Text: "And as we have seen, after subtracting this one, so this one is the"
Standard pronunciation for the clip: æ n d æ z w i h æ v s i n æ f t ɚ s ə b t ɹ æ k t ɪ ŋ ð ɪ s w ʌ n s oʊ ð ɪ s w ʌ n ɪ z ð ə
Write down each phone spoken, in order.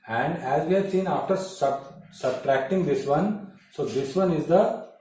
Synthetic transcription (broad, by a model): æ n d æ z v i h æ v s i n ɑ f t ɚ s ə b t ɹ æ k t ɪ ŋ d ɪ s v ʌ n s oʊ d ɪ s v ʌ n ɪ z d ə